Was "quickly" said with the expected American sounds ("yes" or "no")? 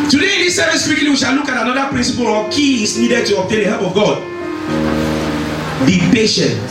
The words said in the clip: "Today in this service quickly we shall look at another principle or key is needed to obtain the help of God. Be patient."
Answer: no